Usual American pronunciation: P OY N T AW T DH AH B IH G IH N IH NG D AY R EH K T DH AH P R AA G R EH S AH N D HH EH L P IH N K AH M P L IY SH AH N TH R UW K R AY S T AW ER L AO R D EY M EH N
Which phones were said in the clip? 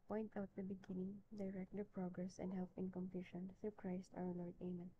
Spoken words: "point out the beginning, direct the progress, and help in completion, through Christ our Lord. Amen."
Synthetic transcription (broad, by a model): P OY N T AW T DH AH B IH G IH N IH NG D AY R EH K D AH P R AA G R EH S AH N D HH EH L P IH N K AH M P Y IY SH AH N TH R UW K R AY S T AW ER L AO R D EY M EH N